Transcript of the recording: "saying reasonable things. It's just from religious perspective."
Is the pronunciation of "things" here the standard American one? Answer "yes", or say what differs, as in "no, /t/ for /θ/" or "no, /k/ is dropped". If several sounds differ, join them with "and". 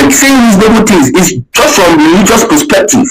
no, /t/ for /θ/ and /ŋ/ is dropped